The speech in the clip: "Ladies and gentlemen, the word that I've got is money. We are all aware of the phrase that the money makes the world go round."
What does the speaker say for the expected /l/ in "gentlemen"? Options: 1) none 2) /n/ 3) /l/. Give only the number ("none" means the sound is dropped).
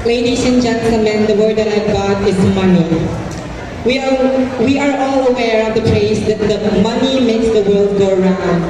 1